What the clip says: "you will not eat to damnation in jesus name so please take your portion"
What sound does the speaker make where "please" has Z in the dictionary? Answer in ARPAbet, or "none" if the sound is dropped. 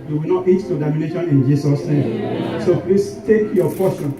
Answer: S